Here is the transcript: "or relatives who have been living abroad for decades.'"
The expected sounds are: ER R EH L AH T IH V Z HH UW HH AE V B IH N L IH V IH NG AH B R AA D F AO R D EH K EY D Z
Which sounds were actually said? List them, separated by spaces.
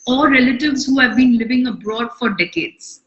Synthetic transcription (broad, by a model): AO R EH L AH T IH V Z HH UW HH AE V B IH N L IH V IH NG AH B R AA D F AO R D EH K EY D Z